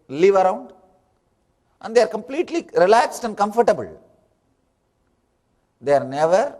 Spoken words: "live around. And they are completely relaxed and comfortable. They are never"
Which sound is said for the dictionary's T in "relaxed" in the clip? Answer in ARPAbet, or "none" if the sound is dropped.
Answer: T